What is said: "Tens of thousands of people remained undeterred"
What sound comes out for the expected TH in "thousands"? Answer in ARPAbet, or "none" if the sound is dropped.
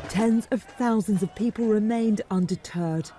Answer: TH